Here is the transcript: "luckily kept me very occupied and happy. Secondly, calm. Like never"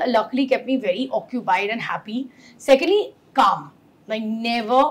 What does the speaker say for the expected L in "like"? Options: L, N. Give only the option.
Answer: N